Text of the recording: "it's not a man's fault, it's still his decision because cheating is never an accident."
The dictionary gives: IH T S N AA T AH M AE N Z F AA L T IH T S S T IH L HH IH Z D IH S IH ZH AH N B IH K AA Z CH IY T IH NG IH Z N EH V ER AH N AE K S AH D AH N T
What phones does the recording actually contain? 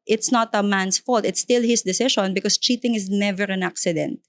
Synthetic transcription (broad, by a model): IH T S N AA T AH M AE N S F AA L T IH T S S T IH L HH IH S D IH S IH SH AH N B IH K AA S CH IY T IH NG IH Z N EH V ER AH N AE K S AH D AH N T